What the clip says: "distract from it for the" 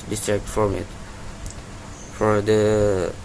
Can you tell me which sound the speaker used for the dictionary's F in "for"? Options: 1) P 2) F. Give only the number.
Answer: 2